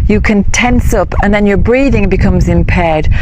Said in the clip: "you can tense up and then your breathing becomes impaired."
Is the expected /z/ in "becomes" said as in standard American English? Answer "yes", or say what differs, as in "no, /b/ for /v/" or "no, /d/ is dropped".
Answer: yes